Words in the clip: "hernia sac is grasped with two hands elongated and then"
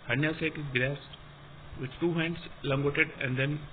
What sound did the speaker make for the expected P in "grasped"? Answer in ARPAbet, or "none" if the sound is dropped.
none